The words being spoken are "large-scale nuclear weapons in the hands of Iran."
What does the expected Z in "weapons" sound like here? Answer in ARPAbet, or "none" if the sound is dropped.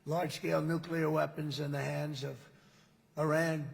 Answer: Z